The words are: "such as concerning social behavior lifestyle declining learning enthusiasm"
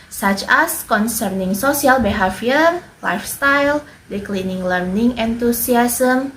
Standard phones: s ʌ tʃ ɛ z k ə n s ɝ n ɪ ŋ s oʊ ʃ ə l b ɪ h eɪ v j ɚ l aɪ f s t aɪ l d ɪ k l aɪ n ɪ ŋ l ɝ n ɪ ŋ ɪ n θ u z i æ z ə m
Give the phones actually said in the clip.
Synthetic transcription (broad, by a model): s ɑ tʃ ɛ s k ə n s ɝ n ɪ ŋ s oʊ s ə l b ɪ h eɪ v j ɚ l aɪ f s t aɪ l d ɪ k l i n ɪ ŋ l ɝ n ɪ ŋ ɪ n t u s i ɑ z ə m